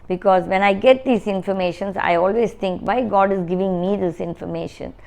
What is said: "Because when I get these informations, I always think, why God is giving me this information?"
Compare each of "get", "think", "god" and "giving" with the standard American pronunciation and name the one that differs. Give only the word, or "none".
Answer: think